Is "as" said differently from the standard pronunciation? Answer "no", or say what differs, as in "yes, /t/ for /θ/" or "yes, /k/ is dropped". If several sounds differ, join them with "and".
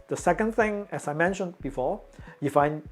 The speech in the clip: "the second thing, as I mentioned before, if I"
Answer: yes, /s/ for /z/